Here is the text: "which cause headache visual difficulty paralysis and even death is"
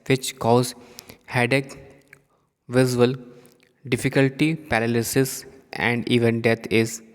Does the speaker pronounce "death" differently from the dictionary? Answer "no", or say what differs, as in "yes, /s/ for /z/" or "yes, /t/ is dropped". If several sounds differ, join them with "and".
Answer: yes, /t/ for /θ/